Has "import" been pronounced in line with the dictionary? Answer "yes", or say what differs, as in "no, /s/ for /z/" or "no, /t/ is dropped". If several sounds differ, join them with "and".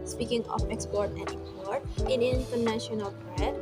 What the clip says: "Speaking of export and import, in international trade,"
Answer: no, /m/ is dropped